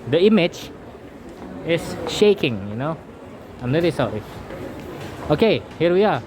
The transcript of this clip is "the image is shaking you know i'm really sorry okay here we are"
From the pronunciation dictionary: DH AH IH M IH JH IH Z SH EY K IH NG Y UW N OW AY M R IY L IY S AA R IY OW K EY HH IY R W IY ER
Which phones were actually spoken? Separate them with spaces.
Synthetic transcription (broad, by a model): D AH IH M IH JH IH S SH EY K IH NG Y UW N OW AY M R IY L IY S AA R IY OW K EY HH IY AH W IY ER